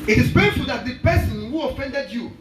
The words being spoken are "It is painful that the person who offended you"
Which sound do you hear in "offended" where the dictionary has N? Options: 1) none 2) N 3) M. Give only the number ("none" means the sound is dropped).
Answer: 2